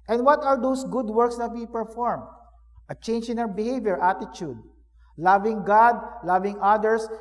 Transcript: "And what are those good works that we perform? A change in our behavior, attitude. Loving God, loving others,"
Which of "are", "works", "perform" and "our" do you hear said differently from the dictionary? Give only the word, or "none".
our